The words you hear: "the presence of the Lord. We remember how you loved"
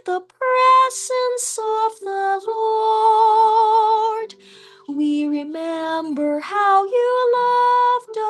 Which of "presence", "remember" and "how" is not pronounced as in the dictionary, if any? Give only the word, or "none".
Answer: none